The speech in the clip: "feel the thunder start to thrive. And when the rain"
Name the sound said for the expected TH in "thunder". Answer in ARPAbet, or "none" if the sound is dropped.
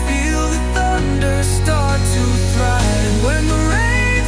TH